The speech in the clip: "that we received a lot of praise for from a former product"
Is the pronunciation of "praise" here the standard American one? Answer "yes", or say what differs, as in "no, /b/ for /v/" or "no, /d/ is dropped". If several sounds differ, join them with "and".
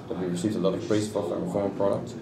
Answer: no, /s/ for /z/